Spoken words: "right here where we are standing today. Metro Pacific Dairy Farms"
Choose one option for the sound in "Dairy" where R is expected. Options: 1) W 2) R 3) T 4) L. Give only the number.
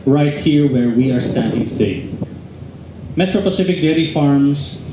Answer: 4